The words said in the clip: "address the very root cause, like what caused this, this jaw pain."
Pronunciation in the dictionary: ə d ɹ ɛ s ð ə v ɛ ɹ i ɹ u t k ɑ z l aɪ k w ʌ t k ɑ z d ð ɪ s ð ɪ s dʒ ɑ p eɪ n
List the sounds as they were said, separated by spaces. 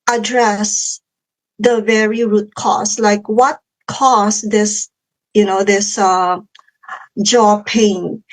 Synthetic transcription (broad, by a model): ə d ɹ ɛ s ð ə v ɛ ɹ i ɹ u t k ɑ s l aɪ k w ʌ t k ɑ s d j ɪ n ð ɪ s dʒ ɑ p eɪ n